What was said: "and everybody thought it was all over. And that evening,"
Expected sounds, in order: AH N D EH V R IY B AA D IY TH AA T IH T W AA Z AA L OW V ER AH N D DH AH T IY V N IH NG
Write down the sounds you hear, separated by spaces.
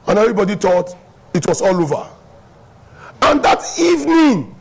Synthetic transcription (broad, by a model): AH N EH V R IY B AA D IY T AA T IH T W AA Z AA L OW V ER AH N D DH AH T IY V N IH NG